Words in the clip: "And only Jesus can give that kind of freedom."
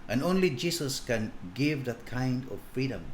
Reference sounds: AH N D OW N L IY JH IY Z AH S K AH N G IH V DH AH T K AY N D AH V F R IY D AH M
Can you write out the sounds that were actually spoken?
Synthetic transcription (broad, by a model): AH N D OW N L IY JH IY S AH S K AH N G IH V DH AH T K AY N D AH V F R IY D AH M